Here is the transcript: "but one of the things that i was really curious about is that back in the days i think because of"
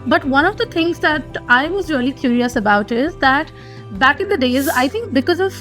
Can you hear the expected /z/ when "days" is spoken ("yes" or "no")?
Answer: yes